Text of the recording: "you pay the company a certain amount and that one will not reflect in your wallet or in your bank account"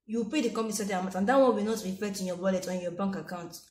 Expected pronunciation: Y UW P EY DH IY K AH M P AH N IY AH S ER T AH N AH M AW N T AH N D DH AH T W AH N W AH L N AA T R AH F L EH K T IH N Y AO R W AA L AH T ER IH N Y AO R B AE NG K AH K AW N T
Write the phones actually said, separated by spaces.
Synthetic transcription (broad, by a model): Y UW P EY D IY K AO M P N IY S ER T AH AH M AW T AH N D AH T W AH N W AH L N AA T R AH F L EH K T IH N Y AO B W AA L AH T IH N Y AO B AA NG K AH K AW N T